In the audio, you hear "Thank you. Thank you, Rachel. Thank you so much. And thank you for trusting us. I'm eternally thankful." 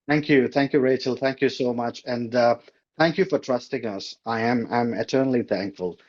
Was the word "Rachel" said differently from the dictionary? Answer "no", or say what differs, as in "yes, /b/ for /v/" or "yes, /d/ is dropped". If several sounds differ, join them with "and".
no